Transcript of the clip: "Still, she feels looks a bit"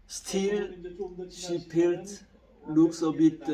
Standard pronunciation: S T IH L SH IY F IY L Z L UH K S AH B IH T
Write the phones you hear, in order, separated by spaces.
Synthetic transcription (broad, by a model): S T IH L SH IY P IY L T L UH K S AH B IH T